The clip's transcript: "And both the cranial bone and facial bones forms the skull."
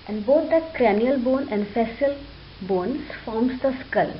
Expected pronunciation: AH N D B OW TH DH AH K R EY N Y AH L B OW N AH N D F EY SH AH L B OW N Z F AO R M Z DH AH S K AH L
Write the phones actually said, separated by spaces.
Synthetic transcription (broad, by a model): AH N D B OW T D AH K R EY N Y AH L B OW N AH N D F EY S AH L B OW N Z F AO R M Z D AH S K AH L